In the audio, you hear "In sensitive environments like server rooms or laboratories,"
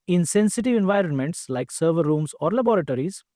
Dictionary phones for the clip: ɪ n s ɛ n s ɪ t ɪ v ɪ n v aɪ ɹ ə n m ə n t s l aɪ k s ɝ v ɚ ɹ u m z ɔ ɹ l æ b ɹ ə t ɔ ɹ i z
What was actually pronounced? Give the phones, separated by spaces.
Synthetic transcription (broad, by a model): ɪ n s ɛ n s ɪ t ɪ v ɪ n v aɪ ɹ ə n m ə n t s l aɪ k s ɝ v ɚ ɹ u m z ɔ ɹ l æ b ɹ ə t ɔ ɹ i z